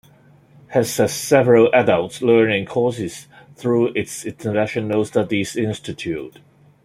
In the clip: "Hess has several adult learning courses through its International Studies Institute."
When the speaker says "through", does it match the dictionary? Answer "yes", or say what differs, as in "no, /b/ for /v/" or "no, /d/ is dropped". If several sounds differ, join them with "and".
yes